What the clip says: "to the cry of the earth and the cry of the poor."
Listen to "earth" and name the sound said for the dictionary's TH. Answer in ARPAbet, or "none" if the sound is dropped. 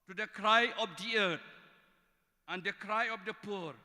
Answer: T